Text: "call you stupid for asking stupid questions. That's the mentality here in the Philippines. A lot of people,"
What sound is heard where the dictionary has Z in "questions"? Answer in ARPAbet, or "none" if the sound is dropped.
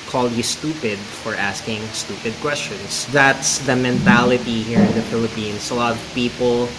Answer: S